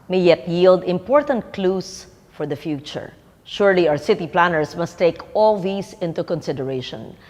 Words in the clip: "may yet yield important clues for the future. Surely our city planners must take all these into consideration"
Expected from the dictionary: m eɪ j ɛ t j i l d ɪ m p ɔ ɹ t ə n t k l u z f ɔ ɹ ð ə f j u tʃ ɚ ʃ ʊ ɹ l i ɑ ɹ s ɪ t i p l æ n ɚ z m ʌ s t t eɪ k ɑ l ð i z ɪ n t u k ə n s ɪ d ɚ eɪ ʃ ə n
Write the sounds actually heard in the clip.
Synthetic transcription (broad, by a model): m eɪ j ɛ t j i l d ɪ m p ɔ ɹ t ə n t k l u s f ɔ ɹ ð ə f j u tʃ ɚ ʃ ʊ ɹ l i ɑ ɹ s ɪ t i p l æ n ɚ s m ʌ s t t eɪ k ɑ l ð i s ɪ n t u k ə n s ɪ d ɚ eɪ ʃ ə n